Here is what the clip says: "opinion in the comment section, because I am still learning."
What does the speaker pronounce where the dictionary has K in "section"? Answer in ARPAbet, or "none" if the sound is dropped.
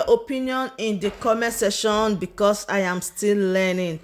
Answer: none